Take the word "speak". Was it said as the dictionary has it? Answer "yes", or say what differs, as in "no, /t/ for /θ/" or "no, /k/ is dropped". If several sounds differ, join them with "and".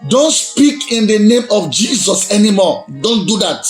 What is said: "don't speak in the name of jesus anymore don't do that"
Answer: yes